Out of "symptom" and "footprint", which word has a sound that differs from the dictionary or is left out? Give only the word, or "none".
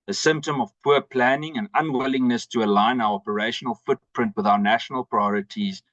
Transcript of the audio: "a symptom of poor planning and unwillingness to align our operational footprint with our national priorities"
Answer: none